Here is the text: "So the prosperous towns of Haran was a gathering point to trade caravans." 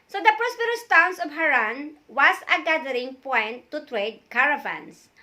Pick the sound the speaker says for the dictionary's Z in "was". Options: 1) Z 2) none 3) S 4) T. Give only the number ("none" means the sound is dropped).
3